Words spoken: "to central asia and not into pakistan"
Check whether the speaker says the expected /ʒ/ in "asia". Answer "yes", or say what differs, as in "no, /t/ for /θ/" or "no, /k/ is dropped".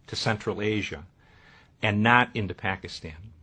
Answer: yes